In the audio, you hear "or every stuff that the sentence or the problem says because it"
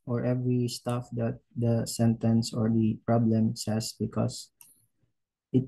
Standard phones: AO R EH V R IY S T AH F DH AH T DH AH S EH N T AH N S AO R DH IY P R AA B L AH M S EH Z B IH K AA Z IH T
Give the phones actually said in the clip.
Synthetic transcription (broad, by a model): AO R EH V R IY S T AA F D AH T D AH S EH N T AH N S AO R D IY P R AA B L AH M S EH S B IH K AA S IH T